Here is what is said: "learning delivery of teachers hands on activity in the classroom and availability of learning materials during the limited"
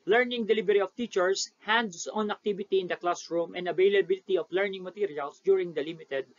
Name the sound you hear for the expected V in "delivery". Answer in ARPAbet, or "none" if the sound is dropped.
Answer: B